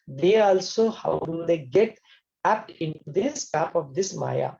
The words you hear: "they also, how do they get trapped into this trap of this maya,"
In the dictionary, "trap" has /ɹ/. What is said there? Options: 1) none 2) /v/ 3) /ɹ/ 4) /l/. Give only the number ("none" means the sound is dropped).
1